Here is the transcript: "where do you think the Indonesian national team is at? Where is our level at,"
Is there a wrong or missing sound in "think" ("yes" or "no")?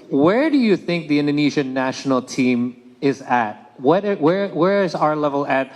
no